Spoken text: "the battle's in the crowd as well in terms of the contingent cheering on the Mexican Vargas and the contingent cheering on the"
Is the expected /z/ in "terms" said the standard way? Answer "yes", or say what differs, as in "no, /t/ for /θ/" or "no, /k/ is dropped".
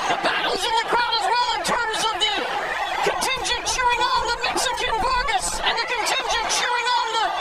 yes